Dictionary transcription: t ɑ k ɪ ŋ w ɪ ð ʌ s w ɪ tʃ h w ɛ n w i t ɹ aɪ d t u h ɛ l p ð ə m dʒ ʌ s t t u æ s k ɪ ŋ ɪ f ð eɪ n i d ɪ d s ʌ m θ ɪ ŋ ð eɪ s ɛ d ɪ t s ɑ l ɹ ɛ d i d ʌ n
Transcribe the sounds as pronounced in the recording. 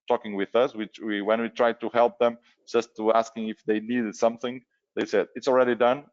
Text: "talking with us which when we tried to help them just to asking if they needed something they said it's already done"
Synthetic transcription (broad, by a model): t ɑ k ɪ ŋ w ɪ ð ʌ s w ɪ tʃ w w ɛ n w i t ɹ aɪ d t u h ɛ l p ð ə m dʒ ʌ s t t u æ s k ɪ ŋ ɪ f ð eɪ n i d ɪ d s ʌ m θ ɪ ŋ ð eɪ s ɛ d ɪ t s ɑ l ɹ ɛ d i d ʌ n